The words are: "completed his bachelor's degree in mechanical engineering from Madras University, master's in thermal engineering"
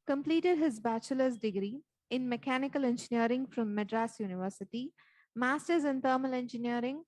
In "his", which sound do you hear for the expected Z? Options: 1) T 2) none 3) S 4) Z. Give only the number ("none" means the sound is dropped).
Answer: 4